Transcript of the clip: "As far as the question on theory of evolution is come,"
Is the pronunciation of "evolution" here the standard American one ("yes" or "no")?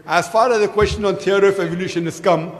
yes